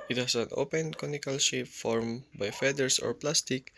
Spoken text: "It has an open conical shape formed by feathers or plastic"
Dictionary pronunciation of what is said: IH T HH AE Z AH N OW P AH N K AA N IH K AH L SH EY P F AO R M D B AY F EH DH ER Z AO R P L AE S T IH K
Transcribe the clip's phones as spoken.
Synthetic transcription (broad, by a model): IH T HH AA S AH N OW P AH N K AA N IH K AH L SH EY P F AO R M B AY F EH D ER S AO R P L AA S T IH K